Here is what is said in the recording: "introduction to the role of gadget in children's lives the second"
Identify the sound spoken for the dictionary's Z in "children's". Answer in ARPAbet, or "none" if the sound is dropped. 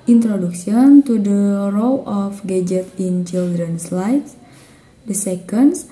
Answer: S